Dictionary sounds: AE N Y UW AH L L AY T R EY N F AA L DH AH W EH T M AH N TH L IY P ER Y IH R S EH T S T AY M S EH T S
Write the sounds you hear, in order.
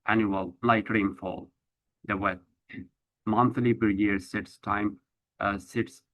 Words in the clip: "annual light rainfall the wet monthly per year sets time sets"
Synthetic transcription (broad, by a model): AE N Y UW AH L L AY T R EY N F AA L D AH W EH M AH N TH L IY B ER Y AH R S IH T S T AY M S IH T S